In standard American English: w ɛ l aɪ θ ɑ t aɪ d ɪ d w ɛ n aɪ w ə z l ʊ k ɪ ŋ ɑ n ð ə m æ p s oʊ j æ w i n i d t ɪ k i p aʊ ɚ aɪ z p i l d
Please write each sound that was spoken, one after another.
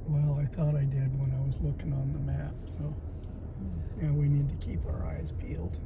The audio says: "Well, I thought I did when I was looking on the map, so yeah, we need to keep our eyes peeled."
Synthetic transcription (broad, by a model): w ɛ l aɪ θ ɑ t aɪ d ɪ d w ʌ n aɪ w ə z l ʊ k ɪ ŋ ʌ n ð ə m æ p s oʊ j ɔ w i n i d t ɪ k i p aʊ ɚ aɪ z p i l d